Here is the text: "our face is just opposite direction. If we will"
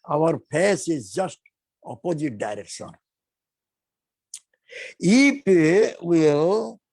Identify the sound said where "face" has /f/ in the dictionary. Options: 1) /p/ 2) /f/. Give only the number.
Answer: 1